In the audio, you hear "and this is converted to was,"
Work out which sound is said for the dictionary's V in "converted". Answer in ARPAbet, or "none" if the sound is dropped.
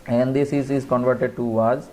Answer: V